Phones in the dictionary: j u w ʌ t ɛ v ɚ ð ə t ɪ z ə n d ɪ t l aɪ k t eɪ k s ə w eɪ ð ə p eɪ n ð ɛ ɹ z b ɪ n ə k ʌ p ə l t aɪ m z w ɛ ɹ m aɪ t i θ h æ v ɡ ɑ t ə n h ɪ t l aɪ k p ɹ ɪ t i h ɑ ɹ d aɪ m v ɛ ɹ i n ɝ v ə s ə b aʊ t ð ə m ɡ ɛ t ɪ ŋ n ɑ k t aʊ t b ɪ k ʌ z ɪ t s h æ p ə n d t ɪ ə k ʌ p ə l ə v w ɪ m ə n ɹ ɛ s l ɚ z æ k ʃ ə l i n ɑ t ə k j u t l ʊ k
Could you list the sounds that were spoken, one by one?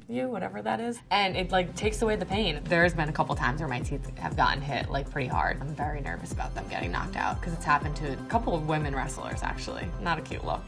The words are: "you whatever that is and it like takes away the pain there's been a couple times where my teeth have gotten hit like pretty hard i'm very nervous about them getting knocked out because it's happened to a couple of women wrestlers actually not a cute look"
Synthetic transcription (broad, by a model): j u w ʌ t ɛ v ɚ ð ə t ɪ z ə n ɪ t l aɪ k t eɪ k s ə w eɪ ð ə p eɪ n ð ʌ ɹ z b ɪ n ə k ʌ p l t aɪ m z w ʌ ɹ m aɪ t i θ h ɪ v ɡ ɑ t n h ɪ t l aɪ k p ɹ ɪ t i h ɑ ɹ d aɪ m v ɛ ɹ i n ɝ v ə s ə b aʊ t ð ə m ɡ ɛ t ɪ ŋ n ɑ k t aʊ t k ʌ z ɪ t s h æ p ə n t ɪ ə k ʌ p l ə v w ɪ m ə n ɹ ɛ s l ɚ z æ k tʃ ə l i n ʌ t ə k j u t l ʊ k